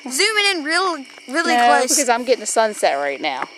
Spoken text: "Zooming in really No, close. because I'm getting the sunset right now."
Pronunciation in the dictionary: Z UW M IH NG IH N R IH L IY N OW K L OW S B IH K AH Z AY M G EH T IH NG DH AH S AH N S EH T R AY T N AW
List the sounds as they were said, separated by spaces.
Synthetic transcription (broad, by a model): Z UW M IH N IH N R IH L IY L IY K OW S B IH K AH Z AY M G EH T IH NG DH AH S AH N S EH T R AY T N AW